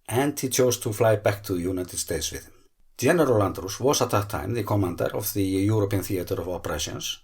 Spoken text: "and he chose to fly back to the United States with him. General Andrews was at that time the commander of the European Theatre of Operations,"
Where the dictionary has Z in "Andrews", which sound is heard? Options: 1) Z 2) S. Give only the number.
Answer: 2